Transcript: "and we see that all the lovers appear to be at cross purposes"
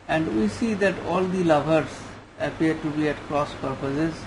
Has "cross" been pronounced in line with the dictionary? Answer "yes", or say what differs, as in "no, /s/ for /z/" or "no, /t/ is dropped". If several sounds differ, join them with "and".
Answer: yes